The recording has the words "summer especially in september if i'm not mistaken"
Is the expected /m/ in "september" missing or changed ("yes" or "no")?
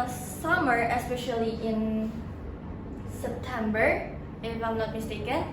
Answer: no